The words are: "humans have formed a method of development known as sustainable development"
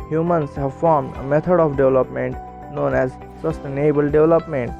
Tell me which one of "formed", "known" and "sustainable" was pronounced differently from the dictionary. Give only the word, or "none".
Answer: none